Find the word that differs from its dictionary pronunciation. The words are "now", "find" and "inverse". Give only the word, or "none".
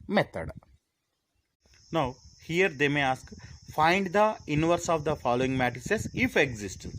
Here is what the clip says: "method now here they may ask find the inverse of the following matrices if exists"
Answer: none